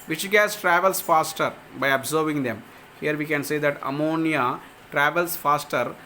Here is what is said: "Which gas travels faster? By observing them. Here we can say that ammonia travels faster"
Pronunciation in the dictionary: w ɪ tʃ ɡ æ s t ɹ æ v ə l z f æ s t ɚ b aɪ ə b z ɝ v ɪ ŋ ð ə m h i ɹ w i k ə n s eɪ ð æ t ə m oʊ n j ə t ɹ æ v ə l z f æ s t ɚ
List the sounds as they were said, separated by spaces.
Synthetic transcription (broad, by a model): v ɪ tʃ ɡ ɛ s t ɹ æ v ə l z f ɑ s t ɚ b aɪ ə b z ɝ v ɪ ŋ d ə m h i ɹ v i k ə n s eɪ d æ t ə m oʊ n j ə t ɹ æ v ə l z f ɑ s t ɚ